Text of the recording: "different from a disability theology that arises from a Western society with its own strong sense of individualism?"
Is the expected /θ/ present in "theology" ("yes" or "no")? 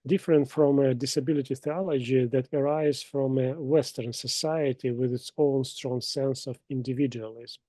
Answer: yes